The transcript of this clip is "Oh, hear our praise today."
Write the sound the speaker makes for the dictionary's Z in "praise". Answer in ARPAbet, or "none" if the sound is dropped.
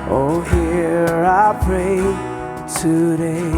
none